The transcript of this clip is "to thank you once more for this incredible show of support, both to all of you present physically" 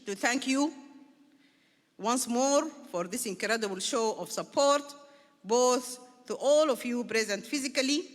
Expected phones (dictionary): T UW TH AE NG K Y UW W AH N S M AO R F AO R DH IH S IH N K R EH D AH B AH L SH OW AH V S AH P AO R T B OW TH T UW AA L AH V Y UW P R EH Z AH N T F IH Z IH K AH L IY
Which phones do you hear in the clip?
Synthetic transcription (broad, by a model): T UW TH AE NG K Y UW W AH N S M AO R F AO R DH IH S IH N K R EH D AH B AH L SH OW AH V S AH P AO R T B OW TH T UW AA L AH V Y UW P R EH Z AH N T F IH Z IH K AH L IY